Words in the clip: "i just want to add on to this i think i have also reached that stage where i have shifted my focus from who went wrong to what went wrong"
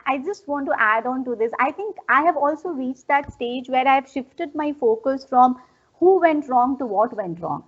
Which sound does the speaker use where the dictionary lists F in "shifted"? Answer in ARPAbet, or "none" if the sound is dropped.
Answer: F